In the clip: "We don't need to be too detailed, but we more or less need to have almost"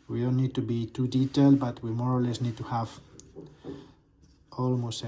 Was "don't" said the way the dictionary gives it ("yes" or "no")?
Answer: no